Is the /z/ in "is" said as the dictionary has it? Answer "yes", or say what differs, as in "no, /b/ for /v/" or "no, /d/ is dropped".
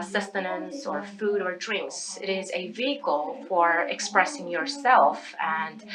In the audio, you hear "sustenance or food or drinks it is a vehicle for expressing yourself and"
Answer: yes